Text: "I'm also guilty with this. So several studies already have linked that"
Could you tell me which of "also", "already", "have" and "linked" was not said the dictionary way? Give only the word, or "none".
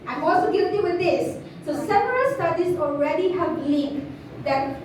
linked